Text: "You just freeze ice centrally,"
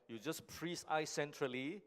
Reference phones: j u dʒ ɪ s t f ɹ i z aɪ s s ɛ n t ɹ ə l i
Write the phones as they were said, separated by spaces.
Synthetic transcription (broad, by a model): j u dʒ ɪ s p ɹ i s aɪ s s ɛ n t ɹ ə l i